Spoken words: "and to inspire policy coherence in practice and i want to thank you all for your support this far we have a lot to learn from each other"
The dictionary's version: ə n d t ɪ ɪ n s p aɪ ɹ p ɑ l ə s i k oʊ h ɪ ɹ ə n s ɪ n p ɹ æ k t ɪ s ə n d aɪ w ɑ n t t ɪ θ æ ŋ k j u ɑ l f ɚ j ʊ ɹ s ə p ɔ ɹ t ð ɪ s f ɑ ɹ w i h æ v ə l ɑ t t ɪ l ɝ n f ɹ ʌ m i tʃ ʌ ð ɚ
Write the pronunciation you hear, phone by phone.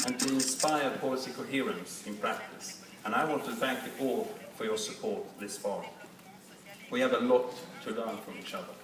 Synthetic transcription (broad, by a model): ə n t ɪ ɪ n s p aɪ ɹ p ɑ l ə s i k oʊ h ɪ ɹ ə n s ɪ n p ɹ æ k t ɪ s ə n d aɪ w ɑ n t t ɪ θ æ ŋ k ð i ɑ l f ɚ j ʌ ɹ s ə p ɔ ɹ t ð ɪ s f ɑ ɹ w i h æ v ə l ɑ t t ɪ l ɝ n f ɹ ʌ m i tʃ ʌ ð ɚ